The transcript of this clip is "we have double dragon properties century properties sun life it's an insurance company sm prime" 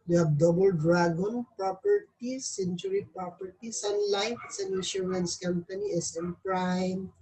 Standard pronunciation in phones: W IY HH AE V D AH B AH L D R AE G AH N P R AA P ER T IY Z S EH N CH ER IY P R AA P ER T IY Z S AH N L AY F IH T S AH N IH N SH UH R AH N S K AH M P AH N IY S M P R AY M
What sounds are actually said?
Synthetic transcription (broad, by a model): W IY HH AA B D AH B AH L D R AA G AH N P R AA P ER T IY S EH N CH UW IY P R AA P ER T IY S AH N L AY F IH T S AH N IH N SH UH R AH N S K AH M P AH N IY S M P R AY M